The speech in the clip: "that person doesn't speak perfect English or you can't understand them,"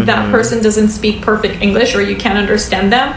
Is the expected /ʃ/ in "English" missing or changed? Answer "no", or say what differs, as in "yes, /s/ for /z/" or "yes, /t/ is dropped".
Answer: no